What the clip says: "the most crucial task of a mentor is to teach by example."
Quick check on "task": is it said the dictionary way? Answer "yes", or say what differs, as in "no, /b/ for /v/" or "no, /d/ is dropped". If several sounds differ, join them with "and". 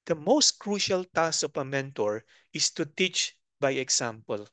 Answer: no, /k/ is dropped